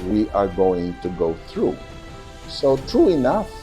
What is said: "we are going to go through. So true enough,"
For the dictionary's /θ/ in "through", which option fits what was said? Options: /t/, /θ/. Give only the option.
/θ/